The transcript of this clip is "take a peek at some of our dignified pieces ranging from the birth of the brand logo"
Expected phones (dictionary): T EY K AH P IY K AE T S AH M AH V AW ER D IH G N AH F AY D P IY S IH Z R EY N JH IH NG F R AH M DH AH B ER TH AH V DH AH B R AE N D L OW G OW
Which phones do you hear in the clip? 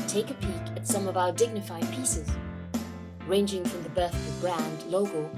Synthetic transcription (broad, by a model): T EY K AH P IY K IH T S AH M AH V AW ER D IH G N AH F AY D P IY S IH Z R EY N JH IH NG F R AH M DH AH B ER TH AH V DH AH B R AE N D L OW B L